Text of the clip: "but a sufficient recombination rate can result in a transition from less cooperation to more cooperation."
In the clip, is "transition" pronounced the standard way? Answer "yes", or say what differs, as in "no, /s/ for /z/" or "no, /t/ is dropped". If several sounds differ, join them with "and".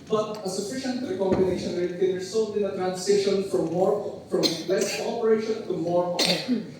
no, /s/ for /z/